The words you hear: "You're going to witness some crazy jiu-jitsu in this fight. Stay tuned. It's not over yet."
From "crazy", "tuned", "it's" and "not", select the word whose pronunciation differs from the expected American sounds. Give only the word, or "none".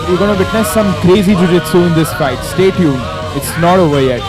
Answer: tuned